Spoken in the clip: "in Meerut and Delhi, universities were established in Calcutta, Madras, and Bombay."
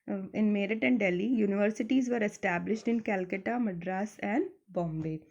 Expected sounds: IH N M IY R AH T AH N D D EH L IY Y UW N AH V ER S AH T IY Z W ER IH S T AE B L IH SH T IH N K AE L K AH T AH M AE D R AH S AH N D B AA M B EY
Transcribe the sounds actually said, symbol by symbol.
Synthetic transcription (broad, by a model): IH N M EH R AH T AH N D D EH L IY Y UW N AH V ER S AH T IY Z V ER IH S T AE B L IH SH T IH N K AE L K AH T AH M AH D R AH S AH N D B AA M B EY